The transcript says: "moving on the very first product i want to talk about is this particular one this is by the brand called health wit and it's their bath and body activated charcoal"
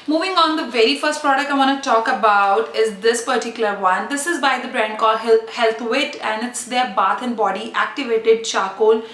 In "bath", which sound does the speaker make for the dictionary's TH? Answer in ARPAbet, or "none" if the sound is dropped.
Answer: T